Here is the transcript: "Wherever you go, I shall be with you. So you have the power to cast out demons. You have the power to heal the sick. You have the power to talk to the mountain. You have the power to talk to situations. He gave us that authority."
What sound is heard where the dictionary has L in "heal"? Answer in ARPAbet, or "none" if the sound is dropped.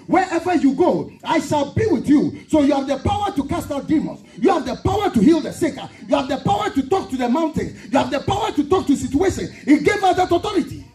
L